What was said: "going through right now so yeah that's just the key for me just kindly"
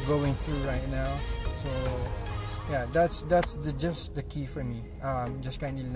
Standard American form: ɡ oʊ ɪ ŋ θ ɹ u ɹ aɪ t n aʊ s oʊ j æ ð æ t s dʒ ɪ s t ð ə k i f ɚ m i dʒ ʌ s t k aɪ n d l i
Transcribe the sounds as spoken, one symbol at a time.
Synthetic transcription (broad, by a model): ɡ oʊ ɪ ŋ θ ɹ u ɹ aɪ t n aʊ s oʊ j æ ð æ t s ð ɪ s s ð ə k i f ɚ m i dʒ ʌ s k aɪ n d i